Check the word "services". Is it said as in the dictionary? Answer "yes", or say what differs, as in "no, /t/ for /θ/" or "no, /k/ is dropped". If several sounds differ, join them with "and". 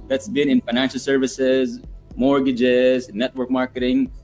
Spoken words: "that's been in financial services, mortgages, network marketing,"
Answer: yes